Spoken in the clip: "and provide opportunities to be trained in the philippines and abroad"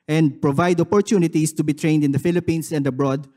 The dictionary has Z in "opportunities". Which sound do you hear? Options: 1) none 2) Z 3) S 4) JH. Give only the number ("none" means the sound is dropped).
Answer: 3